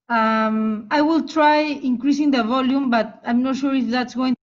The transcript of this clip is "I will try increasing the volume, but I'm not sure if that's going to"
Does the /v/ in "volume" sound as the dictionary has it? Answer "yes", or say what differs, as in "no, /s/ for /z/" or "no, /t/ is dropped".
yes